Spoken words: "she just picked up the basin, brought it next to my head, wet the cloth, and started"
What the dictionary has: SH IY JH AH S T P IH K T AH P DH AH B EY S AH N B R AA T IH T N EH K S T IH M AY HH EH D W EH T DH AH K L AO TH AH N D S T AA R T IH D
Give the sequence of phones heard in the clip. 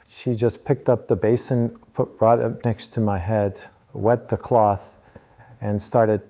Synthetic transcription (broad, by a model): SH IY JH AH S P IH K T AH P DH AH B EY S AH N B R AA T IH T N EH K S T IH M AY HH EH D W EH T DH AH K L AO TH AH N S T AA R T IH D